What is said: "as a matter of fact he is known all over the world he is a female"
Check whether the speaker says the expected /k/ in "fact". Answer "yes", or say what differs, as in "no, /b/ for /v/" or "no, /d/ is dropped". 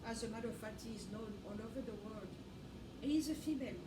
no, /k/ is dropped